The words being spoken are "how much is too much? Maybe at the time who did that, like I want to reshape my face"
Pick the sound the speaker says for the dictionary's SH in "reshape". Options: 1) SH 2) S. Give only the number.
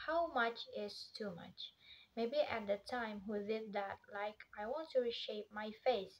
1